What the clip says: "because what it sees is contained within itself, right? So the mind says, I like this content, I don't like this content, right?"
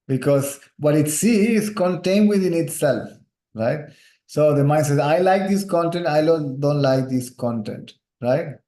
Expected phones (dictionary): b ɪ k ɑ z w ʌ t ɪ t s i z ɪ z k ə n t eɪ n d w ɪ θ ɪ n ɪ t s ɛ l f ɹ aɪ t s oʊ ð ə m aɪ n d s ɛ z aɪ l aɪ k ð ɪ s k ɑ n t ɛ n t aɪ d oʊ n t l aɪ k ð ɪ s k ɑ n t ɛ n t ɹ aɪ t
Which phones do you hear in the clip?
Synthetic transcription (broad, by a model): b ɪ k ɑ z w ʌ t ɪ t s i ɪ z k ə n t eɪ n d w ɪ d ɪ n ɪ t s ɛ l f ɹ aɪ t s oʊ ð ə m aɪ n s ɛ z aɪ l aɪ k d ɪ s k ɑ n t ɛ n t aɪ d oʊ n t l aɪ k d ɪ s k ɑ n t ɛ n t ɹ aɪ t